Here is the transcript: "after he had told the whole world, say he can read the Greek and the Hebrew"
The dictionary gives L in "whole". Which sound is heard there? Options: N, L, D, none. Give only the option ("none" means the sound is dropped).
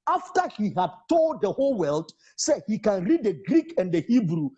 L